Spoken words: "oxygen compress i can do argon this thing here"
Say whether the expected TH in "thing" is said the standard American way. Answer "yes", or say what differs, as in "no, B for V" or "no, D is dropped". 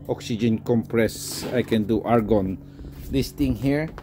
no, T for TH